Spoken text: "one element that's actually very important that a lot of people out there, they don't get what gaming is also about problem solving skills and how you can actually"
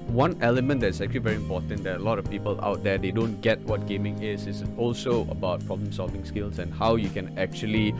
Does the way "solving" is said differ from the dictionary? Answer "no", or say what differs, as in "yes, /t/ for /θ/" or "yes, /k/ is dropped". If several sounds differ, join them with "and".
no